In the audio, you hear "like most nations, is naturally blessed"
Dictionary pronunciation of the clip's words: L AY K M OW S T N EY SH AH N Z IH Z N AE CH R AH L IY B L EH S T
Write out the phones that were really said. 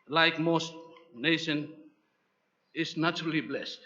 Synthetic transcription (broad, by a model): L AY K M OW S T N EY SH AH N IH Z N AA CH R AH L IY B L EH S T